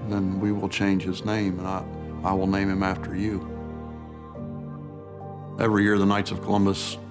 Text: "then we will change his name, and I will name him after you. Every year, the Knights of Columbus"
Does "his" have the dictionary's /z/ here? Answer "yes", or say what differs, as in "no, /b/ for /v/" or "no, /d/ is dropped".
yes